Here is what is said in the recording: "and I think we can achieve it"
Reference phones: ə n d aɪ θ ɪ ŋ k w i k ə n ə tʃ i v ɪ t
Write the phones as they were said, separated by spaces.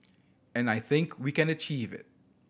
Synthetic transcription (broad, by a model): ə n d aɪ θ ɪ ŋ k w i k ə n ə tʃ i v ɪ t